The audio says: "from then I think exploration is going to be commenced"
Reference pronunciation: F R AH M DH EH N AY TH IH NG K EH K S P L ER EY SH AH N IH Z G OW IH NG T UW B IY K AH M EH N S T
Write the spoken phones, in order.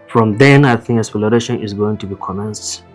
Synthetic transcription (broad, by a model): F R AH M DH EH N AY TH IH NG K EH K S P L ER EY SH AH N IH Z G OW IH NG T UW B IY K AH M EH N S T